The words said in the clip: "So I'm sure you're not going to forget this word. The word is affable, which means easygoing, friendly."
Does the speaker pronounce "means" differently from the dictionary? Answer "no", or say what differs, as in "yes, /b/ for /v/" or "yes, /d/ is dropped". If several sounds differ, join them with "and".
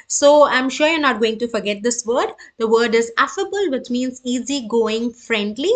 no